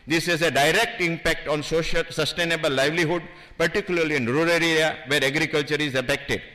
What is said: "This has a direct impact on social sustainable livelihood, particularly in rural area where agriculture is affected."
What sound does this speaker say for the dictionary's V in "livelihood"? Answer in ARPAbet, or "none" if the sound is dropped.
V